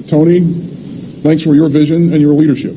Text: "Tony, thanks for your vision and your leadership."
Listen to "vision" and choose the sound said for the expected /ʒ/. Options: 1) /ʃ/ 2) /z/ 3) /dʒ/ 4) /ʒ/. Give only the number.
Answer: 4